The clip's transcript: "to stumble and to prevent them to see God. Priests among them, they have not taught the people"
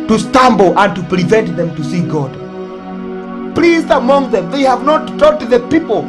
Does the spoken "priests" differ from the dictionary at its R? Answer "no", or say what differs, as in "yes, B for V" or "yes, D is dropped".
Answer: yes, L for R